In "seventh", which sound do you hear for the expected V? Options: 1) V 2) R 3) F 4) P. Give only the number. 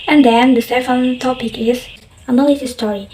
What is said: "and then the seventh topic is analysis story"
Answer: 3